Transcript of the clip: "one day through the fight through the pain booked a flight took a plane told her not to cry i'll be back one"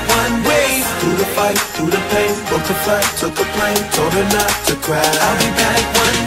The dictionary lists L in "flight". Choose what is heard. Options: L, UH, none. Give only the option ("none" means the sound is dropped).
none